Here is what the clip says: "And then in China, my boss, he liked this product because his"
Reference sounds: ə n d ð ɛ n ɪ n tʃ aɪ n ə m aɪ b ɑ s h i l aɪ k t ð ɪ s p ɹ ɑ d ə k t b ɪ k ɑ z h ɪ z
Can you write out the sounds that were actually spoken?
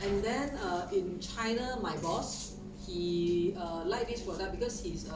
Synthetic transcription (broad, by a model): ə n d ɛ n ɪ n tʃ aɪ n ə m aɪ b ɑ s h i l aɪ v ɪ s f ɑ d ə t b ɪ k ɑ s h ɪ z